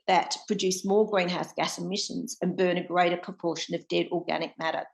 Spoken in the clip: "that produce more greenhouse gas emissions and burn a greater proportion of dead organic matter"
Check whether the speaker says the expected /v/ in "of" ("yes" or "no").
yes